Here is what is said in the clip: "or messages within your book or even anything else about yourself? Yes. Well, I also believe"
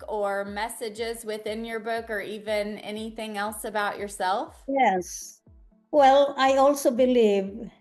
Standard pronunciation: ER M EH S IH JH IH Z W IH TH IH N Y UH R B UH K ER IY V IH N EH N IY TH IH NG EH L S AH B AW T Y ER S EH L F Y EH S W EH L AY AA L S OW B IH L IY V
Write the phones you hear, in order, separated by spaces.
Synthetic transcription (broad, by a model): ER M EH S IH JH IH Z W IH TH IH N Y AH R B UH K ER IY V IH N EH N IY TH IH NG EH L S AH B AW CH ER S EH L F Y EH S W EH L AY AA L S OW B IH L IY V